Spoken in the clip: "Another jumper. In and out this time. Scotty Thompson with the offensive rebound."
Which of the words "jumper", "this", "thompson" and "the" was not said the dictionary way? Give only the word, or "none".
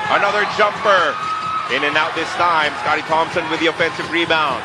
none